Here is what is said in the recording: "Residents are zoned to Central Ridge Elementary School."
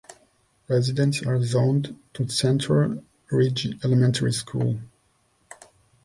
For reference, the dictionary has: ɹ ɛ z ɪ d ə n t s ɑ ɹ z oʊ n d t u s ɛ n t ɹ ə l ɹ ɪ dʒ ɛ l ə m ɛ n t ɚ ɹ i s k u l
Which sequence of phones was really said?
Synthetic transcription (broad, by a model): ɹ ɛ z ɪ d ə n t s ɑ ɹ z oʊ n d t u s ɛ n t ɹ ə l ɹ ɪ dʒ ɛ l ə m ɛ n t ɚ ɹ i s k u l